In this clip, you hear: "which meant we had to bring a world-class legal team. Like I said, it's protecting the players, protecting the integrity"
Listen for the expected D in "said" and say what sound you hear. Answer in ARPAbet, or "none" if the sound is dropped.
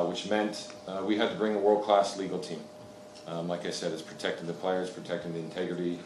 D